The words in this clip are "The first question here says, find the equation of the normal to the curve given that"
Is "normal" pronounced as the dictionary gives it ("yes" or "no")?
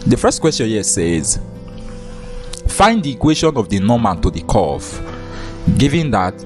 no